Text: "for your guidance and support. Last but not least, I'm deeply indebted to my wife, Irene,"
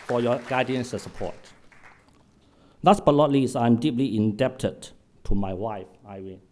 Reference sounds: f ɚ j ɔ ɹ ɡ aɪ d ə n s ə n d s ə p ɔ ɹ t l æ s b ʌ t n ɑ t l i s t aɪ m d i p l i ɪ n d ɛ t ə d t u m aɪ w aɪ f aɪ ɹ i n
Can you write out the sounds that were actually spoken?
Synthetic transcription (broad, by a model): f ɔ j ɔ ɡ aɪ d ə n s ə s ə p ɔ t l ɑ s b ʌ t l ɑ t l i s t aɪ m d i p l i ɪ n d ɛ t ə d t u m aɪ w aɪ f aɪ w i